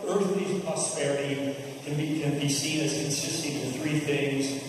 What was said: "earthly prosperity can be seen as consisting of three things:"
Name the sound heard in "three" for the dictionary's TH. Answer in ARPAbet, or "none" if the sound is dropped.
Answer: TH